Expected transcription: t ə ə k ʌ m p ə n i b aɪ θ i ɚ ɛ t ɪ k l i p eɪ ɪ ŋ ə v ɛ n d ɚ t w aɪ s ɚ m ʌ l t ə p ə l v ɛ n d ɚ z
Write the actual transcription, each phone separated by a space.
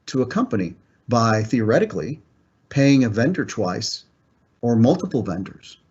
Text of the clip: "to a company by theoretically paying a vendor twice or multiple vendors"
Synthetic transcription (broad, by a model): t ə ə k ʌ m p ə n i b aɪ θ i ɚ ɛ t ɪ k l i p eɪ ɪ ŋ ə v ɛ n d ɚ t w aɪ s ɚ m ʌ l t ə p l v ɛ n d ɚ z